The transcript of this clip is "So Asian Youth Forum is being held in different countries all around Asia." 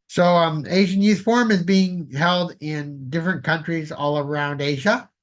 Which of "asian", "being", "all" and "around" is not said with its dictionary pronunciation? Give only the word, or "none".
none